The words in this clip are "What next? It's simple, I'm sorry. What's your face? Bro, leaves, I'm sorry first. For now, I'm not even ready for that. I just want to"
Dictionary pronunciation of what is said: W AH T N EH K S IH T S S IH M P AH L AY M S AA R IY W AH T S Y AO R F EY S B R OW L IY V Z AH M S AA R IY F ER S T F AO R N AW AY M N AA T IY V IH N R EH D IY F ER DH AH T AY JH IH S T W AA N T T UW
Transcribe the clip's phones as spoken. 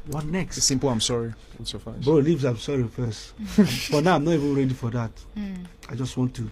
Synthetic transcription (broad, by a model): W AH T N EH K S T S S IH M P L AY M S AA R IY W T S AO F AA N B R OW L IY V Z AH M S AA R IY F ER S T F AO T N AW AY M N AA T IY V IH N R EH D IY F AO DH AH T AY JH IH S T W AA N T T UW